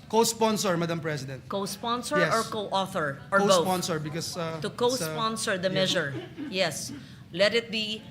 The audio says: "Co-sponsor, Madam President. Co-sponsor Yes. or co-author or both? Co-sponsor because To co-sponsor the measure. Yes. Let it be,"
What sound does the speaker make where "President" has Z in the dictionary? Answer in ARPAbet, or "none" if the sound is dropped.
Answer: S